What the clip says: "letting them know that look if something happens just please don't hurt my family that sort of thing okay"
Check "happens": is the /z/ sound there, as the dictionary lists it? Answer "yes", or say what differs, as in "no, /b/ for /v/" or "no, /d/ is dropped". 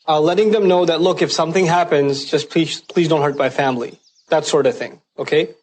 yes